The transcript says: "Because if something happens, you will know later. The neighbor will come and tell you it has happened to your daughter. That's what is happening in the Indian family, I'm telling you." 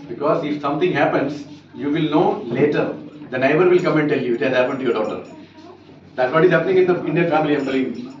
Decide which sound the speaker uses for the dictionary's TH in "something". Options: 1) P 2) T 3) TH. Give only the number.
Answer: 2